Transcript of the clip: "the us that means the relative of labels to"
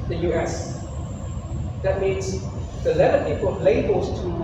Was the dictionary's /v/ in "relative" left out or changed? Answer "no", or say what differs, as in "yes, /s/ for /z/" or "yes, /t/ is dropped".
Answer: yes, /p/ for /v/